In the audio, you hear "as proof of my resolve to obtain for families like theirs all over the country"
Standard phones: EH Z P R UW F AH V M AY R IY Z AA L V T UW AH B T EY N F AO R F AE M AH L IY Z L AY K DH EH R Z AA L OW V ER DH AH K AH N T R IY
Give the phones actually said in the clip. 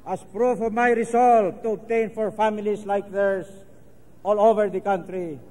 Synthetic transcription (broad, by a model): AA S P R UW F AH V M AY R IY S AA L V T UW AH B T EY N F AO R F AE M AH L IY S L AY K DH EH R S AA L OW V ER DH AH K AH N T R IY